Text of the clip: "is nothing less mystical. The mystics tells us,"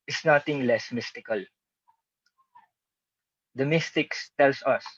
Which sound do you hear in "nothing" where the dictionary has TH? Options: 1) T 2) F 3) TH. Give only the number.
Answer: 1